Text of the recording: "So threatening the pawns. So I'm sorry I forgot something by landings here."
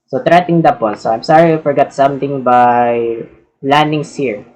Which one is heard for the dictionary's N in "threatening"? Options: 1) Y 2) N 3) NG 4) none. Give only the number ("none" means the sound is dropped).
4